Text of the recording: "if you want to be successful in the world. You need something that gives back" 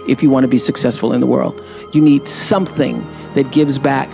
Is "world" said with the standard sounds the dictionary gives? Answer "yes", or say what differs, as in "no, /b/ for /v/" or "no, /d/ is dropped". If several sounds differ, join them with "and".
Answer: yes